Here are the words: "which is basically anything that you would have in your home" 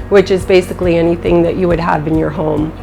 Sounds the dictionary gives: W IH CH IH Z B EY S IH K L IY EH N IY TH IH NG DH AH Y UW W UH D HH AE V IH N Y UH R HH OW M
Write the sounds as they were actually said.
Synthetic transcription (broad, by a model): W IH CH IH Z B EY S IH K L IY EH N IY TH IH NG DH AH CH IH W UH D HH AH V IH N Y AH R HH OW M